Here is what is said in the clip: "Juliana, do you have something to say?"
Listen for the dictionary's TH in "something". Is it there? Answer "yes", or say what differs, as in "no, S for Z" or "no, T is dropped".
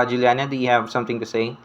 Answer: no, T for TH